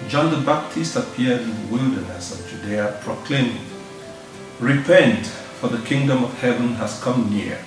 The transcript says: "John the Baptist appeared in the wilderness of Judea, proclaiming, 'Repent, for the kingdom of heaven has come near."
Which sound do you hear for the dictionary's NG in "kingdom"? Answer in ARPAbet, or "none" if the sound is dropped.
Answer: NG